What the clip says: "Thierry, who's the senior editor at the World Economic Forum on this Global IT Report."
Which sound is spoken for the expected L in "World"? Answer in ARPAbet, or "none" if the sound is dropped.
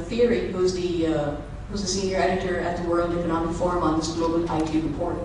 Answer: L